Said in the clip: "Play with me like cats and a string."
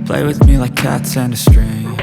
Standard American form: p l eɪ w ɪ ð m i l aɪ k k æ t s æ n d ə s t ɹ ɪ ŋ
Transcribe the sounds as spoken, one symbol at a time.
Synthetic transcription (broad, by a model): p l eɪ w ɪ ð m i l aɪ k k æ t s æ n d ə s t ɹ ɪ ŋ